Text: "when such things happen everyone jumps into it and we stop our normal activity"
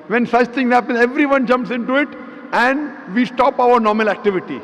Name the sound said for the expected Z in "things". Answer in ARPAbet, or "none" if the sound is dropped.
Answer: none